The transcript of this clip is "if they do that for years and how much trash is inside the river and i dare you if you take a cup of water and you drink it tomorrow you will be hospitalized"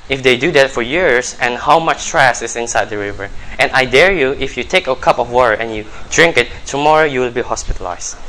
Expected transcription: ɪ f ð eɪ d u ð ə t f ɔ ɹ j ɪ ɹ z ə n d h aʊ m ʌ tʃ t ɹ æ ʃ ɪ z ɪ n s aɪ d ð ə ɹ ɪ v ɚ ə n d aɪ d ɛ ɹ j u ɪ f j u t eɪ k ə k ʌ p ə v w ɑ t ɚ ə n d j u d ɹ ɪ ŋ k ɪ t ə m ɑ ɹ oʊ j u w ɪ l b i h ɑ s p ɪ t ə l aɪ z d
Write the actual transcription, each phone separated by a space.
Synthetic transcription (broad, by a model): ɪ f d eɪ d u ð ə t f ɔ ɹ j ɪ ɹ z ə n h aʊ m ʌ tʃ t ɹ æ s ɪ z ɪ n s aɪ d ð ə ɹ ɪ v ɚ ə n aɪ d ɛ ɹ j u ɪ f j u t eɪ k ə k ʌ p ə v w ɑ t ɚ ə n j u d ɹ ɪ ŋ k ɪ t ə m ɑ ɹ oʊ j u w ɪ l b i h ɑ s p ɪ t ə l aɪ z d